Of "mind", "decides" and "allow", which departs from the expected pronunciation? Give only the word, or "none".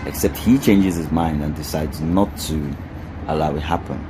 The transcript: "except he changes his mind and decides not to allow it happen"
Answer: none